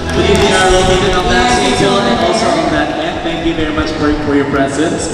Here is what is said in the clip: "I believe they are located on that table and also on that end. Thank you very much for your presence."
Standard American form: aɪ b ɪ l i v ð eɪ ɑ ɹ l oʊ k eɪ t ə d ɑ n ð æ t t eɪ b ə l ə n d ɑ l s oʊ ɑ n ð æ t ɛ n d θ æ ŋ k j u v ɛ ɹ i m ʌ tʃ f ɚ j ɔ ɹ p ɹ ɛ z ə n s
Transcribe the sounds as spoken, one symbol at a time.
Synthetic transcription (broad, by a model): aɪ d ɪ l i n ɑ ɹ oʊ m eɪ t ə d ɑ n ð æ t s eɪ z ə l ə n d ɑ l s oʊ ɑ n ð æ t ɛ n θ æ ŋ k j u v ɛ ɹ i m ʌ tʃ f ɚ j ɔ ɹ p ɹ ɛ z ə n s